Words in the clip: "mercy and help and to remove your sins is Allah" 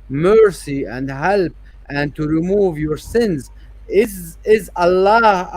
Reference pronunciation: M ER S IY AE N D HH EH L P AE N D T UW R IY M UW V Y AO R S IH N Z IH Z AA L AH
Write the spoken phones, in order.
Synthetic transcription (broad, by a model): M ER S IY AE N D HH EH L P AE N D T UW R IY M UW V Y AO R S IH N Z IH Z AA L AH